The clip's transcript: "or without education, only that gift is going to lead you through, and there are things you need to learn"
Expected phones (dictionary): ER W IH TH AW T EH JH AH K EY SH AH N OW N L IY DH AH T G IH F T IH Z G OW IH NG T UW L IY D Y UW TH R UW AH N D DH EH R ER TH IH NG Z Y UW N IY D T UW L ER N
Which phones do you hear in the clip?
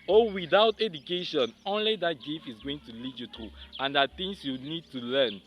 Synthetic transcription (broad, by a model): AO W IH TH AW T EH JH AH K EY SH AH N OW N L IY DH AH T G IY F IH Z G OW IH NG T UW L IY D Y UW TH R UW AH N D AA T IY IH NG S Y UW N IY D T UW L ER N